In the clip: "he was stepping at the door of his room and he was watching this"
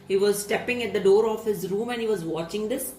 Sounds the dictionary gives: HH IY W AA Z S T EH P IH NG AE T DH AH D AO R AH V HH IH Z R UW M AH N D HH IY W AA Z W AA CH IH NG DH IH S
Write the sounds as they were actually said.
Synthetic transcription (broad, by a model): HH IY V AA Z S T EH P IH NG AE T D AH D AO R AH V HH IH Z R UW M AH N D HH IY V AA Z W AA CH IH NG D IH S